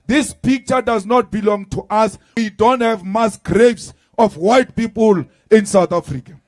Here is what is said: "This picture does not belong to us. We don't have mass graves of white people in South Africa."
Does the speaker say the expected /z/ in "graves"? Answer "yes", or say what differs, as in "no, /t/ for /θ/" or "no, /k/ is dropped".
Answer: no, /s/ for /z/